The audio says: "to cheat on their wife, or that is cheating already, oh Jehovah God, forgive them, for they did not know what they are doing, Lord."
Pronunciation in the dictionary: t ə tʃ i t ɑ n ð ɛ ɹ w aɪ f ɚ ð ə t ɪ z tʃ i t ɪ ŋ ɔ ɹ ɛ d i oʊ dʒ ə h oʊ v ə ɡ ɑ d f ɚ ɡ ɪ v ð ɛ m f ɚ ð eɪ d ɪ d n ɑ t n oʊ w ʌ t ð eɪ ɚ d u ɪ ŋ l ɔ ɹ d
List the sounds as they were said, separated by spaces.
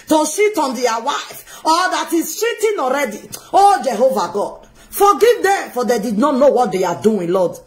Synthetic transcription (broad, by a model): t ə ʃ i t ɑ n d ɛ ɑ w aɪ f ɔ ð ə t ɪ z ʃ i t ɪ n ɔ ɹ ɛ d i oʊ dʒ ə h oʊ v ə ɡ ɑ d f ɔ ɡ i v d ɛ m f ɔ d eɪ d ɪ d n ɑ t n oʊ w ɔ t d eɪ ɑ d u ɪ l ɔ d